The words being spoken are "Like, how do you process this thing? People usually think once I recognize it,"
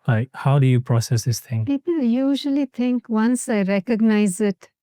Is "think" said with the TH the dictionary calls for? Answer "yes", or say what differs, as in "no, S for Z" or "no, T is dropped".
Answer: no, T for TH